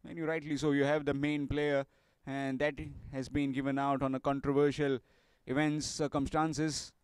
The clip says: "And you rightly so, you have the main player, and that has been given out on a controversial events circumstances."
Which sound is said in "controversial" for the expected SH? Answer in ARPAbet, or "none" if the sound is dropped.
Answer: SH